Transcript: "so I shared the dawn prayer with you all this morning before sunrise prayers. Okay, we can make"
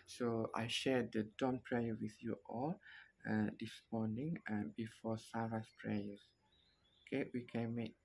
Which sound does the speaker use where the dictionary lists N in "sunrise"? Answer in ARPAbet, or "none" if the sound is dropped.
none